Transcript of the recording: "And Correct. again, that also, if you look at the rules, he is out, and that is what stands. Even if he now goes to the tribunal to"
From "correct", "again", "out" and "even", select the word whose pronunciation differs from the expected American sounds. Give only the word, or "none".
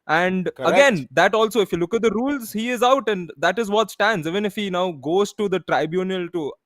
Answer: correct